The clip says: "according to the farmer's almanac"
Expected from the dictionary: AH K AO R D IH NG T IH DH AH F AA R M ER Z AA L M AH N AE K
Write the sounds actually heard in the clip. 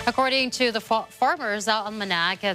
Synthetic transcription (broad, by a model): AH K AO R D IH NG T IH DH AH F AA R M ER Z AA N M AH N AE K